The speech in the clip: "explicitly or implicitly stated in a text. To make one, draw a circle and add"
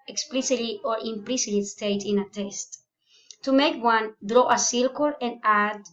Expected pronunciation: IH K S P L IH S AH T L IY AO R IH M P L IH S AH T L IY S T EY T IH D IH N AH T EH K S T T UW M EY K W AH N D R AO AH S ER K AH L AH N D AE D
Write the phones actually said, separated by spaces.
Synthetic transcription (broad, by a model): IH K S P L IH S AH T L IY AO R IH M P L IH S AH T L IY S T EY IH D IH N AH T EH S T T UW M EY K W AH N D R AO AH S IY K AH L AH N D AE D